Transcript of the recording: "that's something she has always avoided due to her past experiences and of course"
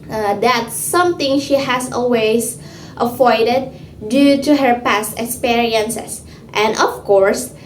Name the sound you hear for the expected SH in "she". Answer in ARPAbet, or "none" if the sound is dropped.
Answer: SH